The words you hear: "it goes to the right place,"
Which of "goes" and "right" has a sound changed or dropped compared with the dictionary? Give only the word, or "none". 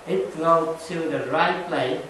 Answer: goes